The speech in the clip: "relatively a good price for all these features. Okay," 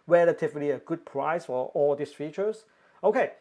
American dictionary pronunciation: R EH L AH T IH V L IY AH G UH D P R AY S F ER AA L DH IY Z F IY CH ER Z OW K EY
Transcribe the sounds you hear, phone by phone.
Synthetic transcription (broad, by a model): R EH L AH T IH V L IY AH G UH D P R AY S F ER AA L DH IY S F IY CH ER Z OW K EY